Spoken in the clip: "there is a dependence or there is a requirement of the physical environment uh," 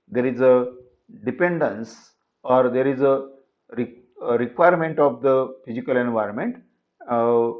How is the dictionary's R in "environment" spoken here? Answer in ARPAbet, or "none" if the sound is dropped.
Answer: R